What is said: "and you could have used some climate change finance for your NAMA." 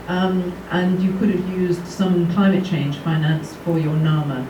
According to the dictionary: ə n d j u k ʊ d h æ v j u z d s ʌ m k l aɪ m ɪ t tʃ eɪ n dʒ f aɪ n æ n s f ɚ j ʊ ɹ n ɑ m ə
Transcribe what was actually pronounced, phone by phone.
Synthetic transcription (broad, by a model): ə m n j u k ʊ d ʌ v j u z d s ʌ m k l aɪ m ɪ t tʃ eɪ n ʒ f aɪ n æ n s f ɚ j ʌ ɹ n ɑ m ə